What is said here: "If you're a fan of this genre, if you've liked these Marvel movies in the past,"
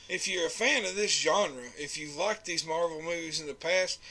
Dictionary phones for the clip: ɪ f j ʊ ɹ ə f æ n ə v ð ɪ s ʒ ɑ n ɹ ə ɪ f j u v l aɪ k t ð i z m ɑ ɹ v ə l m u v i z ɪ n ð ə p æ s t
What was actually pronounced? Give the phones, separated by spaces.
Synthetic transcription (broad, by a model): ɪ f j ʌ ɹ ə f æ n ə v ð ɪ s ʒ ɑ n ɹ ə ɪ f j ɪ l aɪ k ð i z m ɑ ɹ v l m u v i z ɪ n ð ə p æ s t